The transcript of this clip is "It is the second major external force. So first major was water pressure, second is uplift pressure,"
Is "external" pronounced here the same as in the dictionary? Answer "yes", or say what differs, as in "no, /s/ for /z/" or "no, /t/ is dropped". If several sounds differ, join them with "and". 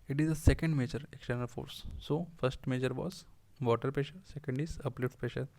yes